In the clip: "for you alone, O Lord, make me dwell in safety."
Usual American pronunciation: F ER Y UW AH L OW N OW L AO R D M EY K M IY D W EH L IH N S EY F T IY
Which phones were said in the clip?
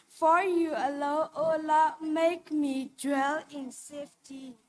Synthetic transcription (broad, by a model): F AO Y UW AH L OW OW L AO M EY K M IY D W EH L IH N S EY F T IY